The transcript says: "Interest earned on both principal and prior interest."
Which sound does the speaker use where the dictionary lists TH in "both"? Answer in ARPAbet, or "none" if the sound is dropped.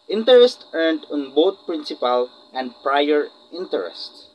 T